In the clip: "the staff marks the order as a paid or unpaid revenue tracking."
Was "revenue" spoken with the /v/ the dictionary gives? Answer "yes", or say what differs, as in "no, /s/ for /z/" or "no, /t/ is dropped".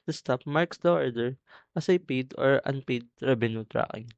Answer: no, /b/ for /v/